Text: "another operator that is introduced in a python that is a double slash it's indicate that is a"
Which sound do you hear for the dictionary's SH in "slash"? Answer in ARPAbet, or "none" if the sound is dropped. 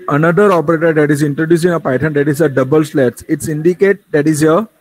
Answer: S